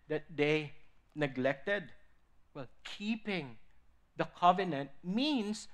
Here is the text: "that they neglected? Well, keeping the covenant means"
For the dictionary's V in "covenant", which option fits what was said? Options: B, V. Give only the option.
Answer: V